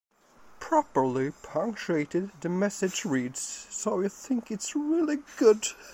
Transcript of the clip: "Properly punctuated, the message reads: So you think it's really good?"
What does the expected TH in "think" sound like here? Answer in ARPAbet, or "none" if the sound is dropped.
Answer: TH